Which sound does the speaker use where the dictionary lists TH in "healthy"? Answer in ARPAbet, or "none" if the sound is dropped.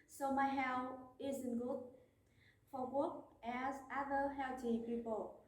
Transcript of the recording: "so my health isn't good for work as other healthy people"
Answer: T